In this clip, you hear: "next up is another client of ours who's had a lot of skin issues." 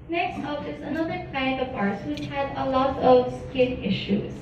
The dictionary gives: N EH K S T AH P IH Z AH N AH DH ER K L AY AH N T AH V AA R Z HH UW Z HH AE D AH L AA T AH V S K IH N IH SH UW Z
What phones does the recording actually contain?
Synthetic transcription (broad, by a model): N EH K S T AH F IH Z AH N AH DH ER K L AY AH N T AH P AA R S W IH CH HH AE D AH L AA T AH V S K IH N IH SH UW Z